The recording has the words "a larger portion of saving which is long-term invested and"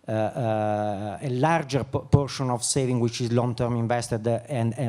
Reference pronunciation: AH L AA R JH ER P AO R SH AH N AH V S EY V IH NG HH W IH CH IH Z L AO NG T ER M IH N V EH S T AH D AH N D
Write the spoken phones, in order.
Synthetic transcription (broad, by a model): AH L AA R JH ER P AO R SH AH N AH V S EY V IH NG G W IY CH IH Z L AO NG T ER M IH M V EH S T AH D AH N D